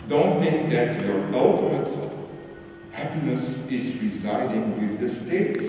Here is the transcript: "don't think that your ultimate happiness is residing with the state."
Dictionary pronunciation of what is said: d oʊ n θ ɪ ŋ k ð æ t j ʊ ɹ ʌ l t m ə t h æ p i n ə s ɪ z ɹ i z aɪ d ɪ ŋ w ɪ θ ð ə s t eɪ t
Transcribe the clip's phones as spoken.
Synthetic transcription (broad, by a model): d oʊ n θ ɪ ŋ k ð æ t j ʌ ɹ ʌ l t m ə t h æ p i n ə s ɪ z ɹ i z aɪ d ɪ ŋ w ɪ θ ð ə s t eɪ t